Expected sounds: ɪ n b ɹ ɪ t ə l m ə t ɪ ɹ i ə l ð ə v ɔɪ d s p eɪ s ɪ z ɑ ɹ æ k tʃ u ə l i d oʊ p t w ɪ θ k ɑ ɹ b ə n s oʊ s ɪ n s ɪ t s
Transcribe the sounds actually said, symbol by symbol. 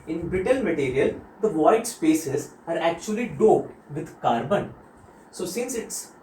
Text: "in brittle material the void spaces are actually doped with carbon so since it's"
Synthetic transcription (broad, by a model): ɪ n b ɪ t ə l m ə t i ɹ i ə l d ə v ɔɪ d s p eɪ s ɪ z ɑ ɹ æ k tʃ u ə l i d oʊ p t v ɪ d k ɑ ɹ b ə n s oʊ s ɪ n s ɪ t s